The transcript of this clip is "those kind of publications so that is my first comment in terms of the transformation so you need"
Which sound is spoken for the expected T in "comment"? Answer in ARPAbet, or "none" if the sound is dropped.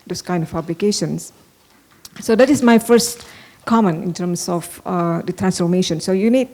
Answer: none